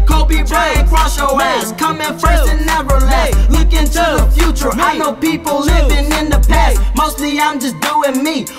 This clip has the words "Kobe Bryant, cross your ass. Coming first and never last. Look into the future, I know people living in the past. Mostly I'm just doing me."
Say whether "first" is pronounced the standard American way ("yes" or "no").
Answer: no